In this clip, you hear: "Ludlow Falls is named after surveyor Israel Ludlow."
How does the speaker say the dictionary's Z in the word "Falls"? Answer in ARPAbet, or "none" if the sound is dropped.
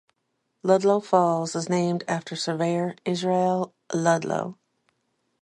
Z